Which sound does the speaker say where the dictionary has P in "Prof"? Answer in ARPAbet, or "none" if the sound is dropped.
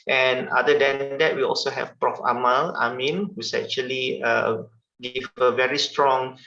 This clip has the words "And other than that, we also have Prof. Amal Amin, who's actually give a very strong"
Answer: P